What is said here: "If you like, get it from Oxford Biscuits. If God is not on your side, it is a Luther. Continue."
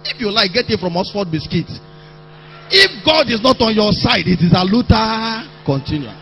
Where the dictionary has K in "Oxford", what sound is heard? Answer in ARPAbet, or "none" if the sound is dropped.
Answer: none